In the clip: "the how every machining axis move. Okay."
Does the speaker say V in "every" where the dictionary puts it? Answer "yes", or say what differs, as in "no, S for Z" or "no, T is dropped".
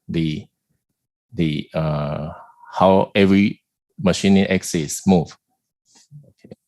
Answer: yes